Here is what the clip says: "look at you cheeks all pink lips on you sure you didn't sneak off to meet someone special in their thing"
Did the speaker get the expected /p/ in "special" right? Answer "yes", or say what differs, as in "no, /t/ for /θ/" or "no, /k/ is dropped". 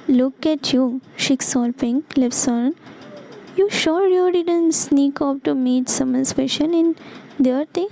no, /f/ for /p/